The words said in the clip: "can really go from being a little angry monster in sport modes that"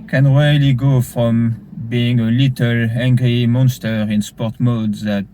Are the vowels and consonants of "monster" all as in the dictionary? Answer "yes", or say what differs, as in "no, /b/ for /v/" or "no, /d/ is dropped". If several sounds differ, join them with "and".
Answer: yes